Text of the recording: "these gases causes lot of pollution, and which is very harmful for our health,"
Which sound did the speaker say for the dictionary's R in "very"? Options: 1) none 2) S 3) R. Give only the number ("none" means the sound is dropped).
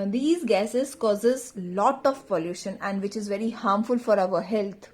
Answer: 3